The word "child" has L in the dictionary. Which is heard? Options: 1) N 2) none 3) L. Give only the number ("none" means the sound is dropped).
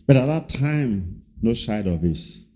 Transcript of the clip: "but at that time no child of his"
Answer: 2